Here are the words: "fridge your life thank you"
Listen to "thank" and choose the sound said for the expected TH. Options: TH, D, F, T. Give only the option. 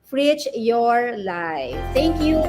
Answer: T